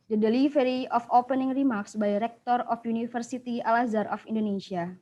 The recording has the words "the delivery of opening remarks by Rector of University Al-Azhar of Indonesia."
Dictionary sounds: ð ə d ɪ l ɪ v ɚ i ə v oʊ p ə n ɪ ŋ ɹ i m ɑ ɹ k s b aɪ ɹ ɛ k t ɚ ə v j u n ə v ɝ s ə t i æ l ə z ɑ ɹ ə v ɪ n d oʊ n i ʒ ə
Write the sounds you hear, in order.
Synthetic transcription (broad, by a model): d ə d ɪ l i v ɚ i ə f oʊ p ə n ɪ ŋ ɹ i m ɑ ɹ k s b aɪ ɹ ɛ k t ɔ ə f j u n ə f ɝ s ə t i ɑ l ə z ɑ ɹ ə f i n d oʊ n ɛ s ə